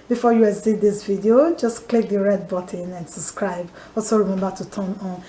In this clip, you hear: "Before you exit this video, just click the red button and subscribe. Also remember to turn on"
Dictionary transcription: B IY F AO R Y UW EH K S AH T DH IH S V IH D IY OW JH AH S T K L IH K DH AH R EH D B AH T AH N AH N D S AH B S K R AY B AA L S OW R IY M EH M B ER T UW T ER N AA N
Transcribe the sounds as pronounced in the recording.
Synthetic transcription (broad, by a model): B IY F AO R Y UW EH S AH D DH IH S V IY D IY OW JH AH S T K L IH K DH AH R EH D B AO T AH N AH N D S AH B S K R AY B AA L S OW R IY M EH M B ER T UW T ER N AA N